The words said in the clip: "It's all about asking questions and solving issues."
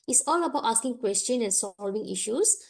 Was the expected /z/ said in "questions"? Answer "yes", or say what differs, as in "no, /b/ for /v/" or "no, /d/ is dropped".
no, /z/ is dropped